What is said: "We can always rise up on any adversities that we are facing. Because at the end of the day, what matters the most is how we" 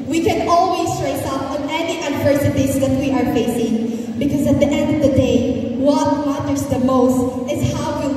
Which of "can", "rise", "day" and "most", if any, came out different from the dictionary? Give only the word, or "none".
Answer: rise